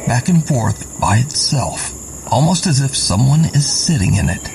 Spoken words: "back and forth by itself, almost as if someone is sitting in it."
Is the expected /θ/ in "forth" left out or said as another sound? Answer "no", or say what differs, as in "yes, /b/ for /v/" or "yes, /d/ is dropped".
no